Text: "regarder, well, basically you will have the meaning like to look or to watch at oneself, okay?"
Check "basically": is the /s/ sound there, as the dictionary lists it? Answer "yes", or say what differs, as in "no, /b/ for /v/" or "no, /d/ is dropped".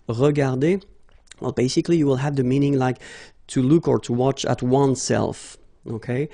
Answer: yes